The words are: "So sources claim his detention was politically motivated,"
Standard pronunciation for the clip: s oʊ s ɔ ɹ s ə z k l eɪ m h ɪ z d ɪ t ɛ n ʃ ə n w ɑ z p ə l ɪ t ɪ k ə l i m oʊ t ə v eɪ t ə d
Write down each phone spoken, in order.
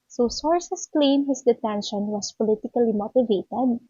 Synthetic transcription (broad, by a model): s oʊ s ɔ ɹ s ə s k l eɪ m h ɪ s d ɪ t ɛ n ʃ ə n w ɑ s p ə l ɪ t ɪ k ə l i m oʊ t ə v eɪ t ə d